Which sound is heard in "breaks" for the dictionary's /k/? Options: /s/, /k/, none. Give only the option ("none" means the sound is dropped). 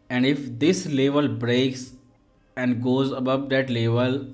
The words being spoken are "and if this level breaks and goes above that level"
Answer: /k/